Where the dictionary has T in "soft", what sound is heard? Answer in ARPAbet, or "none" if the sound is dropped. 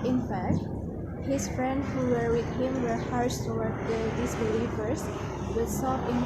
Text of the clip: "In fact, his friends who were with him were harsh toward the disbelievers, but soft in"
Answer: none